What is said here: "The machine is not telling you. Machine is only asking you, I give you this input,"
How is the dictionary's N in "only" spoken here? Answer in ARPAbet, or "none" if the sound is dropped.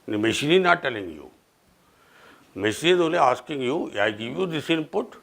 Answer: none